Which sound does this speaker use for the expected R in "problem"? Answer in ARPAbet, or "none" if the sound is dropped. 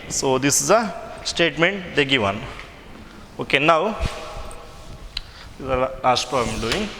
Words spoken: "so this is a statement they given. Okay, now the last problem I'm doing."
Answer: none